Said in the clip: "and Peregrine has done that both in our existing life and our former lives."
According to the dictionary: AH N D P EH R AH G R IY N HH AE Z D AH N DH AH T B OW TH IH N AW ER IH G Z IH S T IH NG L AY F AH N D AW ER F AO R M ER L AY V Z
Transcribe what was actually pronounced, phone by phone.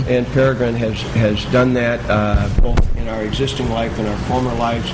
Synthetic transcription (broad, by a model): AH N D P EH R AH G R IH N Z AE Z D AH N DH AH T B OW TH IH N AW ER IH G Z IH S T IH NG L AY F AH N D AW ER F AO R M ER L AY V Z